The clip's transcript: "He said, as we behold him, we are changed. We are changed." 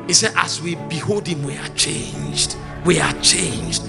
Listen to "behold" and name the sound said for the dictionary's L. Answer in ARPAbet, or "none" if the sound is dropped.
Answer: L